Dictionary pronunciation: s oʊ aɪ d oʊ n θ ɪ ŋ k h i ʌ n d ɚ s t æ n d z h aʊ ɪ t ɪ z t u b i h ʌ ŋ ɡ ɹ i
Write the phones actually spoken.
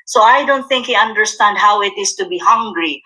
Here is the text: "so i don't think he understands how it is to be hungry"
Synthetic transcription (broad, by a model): s oʊ aɪ d oʊ n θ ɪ ŋ k h i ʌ n d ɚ s t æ n d h aʊ ɪ t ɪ s t u b i h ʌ ŋ ɡ ɹ i